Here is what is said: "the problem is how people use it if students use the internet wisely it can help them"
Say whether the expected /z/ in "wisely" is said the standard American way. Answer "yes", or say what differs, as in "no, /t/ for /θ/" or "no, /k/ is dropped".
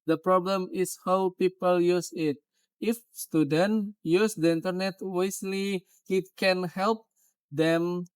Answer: no, /s/ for /z/